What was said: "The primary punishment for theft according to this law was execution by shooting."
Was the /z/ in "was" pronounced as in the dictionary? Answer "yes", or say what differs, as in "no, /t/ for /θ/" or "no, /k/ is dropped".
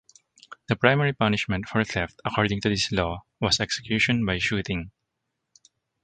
no, /s/ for /z/